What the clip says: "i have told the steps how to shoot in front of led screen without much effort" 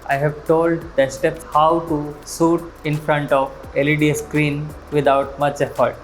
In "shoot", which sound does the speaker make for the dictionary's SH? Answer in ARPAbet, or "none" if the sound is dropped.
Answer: S